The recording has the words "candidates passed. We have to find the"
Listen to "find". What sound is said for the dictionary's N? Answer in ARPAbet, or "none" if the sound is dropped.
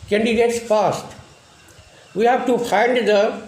N